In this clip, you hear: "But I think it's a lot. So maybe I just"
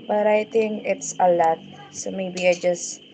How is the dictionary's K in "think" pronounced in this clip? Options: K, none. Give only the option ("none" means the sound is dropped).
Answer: none